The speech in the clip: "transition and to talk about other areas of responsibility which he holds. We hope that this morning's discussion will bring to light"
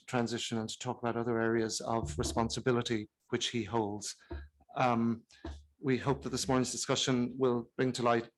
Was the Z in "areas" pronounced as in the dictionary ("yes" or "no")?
yes